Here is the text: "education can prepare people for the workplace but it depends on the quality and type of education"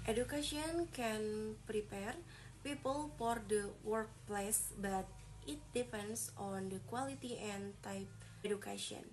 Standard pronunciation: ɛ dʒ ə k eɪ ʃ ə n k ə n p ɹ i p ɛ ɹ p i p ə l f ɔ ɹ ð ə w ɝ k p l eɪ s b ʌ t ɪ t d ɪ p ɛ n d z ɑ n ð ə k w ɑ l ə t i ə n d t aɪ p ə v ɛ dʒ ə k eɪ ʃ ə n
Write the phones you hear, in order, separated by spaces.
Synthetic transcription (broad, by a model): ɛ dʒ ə k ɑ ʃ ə n k ə n p ɹ i p ɛ ɹ p i p ə l f ɔ ɹ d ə w ɝ k p l eɪ s b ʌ t ɪ t d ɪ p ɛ n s ɑ n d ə k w ɑ l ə t i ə n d t aɪ p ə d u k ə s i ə n